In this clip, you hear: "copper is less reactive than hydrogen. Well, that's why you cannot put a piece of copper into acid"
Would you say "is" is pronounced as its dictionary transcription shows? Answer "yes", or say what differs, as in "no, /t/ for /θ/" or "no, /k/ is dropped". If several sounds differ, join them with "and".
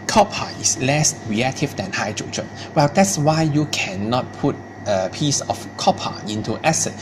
no, /s/ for /z/